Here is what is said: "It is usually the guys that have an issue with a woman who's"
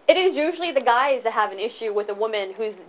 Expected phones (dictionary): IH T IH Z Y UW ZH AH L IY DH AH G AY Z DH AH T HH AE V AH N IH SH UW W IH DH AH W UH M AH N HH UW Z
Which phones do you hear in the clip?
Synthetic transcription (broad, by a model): IH T IH Z Y UW ZH L IY DH AH G AY Z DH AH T HH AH V AH N IH SH UW W IH DH AH W UH M AH N HH UW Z